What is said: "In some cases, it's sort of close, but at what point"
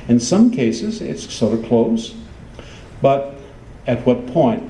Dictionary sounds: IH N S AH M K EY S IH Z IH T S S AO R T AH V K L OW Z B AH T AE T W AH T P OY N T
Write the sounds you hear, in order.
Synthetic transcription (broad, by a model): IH N S AH M K EY S IH Z IH T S S AO R T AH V K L OW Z B AH T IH T W AH T P OY N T